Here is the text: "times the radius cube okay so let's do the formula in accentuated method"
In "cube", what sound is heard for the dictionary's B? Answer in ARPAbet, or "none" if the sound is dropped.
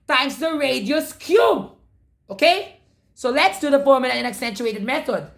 B